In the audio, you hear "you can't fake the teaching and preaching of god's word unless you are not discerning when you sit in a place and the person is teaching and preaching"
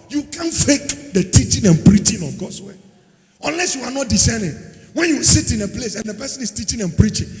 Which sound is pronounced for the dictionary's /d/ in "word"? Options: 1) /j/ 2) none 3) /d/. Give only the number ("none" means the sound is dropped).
2